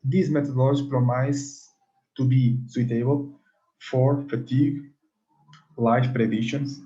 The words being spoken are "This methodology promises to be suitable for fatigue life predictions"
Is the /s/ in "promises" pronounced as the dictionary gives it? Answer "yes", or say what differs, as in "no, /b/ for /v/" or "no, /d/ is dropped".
no, /s/ is dropped